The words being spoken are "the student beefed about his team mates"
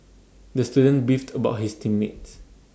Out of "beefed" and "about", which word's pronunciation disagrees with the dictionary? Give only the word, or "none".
none